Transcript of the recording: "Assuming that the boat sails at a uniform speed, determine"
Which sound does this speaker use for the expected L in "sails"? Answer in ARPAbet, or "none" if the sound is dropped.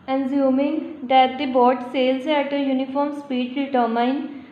L